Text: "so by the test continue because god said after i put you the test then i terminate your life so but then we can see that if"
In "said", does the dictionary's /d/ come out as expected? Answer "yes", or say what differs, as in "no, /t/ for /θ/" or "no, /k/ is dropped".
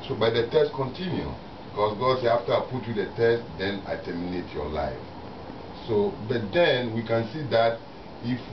no, /d/ is dropped